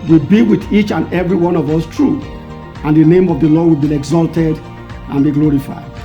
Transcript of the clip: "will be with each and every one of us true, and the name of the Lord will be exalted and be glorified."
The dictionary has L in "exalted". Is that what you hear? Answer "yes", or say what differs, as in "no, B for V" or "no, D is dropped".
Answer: yes